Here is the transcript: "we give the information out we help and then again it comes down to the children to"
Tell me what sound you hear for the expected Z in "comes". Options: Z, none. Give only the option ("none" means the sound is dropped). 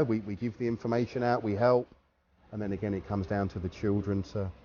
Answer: Z